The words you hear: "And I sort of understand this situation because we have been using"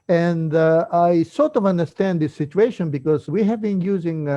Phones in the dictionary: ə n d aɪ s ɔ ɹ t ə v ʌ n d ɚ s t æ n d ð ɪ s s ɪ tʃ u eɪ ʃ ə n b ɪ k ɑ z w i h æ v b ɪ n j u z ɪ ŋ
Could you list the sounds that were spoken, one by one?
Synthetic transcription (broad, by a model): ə n d aɪ s ɔ ɹ t ə v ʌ n d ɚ s t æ n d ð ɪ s s ɪ tʃ u eɪ ʃ ə n b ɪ k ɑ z w i h æ v b ɪ n j u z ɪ ŋ